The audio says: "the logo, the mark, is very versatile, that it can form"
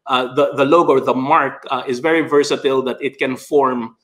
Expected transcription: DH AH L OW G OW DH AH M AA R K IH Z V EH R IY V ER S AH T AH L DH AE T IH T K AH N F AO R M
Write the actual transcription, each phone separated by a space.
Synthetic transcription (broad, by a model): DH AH L OW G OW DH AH M AA R K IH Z V EH R IY V ER S AH T AH L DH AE T IH T K AH N F AO R M